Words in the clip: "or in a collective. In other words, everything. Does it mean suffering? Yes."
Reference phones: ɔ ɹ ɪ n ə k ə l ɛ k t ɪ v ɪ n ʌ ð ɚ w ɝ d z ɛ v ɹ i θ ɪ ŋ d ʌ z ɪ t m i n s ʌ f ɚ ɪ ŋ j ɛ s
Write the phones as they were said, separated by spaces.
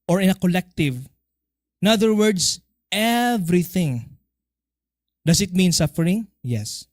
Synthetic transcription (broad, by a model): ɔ ɹ ɪ n ə k ə l ɛ k t ɪ v ɪ n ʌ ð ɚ w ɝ d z ɛ v ɹ i θ ɪ ŋ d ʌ s ɪ t m i n s ʌ f ɚ ɪ ŋ j ɛ s